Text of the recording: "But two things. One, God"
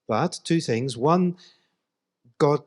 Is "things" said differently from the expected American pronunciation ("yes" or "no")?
no